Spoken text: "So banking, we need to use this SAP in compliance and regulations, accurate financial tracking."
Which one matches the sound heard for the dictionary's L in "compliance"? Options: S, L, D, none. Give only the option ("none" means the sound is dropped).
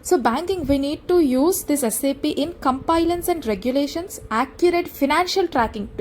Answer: none